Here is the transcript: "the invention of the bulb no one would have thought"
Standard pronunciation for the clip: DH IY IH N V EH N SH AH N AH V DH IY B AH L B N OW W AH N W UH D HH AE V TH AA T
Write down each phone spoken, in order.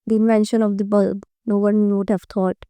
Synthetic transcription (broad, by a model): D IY IH N V EH N SH AH N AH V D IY B AH L B N OW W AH N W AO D HH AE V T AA T